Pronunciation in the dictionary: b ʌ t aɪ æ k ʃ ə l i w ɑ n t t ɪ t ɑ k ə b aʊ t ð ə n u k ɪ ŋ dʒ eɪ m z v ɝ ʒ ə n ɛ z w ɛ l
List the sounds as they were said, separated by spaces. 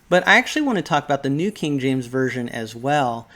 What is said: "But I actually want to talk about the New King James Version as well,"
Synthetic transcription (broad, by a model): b ʌ t aɪ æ k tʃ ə l i w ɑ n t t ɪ t ɑ k ə b aʊ t ð ə n u k ɪ ŋ dʒ eɪ m z v ɝ ʒ ə n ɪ z w ɛ l